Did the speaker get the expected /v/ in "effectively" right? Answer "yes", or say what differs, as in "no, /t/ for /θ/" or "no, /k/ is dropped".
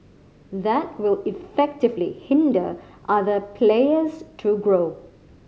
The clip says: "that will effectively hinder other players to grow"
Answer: yes